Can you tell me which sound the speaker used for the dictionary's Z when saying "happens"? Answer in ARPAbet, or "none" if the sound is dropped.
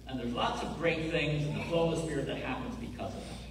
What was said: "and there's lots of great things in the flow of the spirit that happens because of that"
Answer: Z